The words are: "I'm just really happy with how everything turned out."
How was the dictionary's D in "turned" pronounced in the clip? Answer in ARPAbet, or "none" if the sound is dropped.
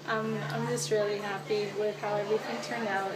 none